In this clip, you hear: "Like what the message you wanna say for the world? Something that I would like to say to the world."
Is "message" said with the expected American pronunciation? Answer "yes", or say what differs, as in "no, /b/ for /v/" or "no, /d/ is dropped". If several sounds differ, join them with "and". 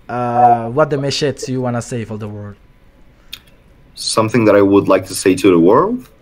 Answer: no, /ʃ/ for /s/